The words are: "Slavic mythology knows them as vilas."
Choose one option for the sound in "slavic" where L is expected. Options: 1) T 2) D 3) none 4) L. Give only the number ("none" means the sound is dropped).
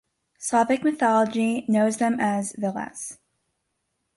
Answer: 3